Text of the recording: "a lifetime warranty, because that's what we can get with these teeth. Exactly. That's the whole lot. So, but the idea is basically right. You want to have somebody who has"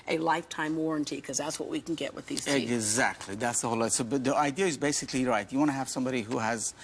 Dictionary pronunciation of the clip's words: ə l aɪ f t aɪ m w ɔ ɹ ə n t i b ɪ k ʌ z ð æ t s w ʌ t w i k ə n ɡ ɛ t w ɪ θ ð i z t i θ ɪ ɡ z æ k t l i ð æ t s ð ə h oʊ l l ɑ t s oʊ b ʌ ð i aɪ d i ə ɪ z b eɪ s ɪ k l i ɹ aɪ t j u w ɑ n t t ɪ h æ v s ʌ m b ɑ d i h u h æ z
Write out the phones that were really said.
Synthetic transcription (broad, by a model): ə l aɪ f t aɪ m w ɔ ɹ ə n t i k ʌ z ð æ t s w ʌ t w i k n ɡ ɛ t w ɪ ð i z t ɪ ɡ z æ k t l i ð æ t s ð ə h oʊ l l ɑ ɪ s oʊ b ʌ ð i aɪ d i ə ɪ z b eɪ s ɪ k l i ɹ aɪ t j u w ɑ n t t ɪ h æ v s ʌ m b ɑ d i h u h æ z